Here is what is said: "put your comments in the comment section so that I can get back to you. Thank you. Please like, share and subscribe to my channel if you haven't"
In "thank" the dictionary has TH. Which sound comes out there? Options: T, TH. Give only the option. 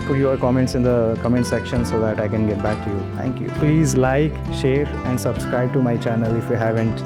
T